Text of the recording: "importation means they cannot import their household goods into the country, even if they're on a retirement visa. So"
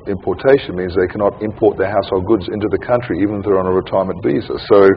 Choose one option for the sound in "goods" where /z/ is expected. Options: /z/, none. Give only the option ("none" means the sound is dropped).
/z/